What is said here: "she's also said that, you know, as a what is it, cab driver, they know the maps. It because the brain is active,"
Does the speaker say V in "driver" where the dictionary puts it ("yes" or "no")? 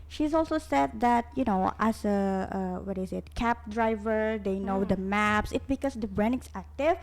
yes